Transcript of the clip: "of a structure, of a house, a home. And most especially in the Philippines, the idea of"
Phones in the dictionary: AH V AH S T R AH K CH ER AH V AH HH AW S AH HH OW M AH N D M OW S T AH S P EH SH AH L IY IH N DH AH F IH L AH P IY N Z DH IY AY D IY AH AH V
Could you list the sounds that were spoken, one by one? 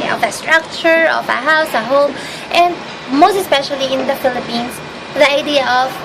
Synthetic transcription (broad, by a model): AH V AH S T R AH K CH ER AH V AH HH AW S AH HH OW M AH N D M OW S T AH S P EH SH AH L IY IH N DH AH F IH L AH P IY N S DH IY AY D IY AH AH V